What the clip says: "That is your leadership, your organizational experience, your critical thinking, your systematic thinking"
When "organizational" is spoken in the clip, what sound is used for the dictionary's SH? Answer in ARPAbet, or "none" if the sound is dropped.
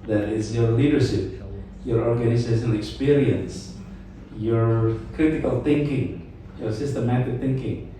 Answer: S